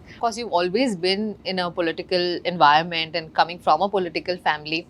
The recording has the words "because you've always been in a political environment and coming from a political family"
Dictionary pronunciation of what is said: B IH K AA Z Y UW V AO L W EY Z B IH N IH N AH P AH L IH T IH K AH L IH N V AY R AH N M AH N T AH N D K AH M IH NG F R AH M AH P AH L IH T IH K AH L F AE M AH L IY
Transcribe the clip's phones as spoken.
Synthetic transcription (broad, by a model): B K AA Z Y UW V AO L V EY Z B IH N IH N AH P AH L IH T IH K AH L IH N V AY R AH N M AH N T AH N D K AH M IH NG F R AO M AH P AH L IH T IH K AH L F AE M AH L IY